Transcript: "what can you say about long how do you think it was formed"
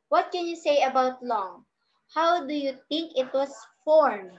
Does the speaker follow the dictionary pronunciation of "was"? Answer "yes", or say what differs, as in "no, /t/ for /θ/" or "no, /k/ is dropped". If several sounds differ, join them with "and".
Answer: no, /s/ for /z/